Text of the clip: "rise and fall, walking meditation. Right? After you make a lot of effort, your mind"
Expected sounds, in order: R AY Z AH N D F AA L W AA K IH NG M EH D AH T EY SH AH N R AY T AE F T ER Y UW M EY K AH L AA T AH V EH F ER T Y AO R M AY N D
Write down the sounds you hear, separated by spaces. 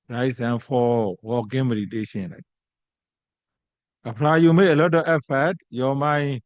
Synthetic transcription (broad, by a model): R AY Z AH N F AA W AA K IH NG M EH D AH T EY SH AH N L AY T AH P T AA Y UW M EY AH L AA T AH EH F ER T Y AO M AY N